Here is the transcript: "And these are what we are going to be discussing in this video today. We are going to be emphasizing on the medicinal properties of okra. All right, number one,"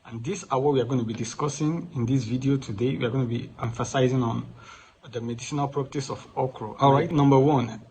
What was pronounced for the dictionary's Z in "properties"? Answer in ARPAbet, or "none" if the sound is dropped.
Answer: S